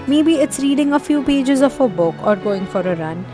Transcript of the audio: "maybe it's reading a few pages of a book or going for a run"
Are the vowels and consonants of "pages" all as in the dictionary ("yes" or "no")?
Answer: yes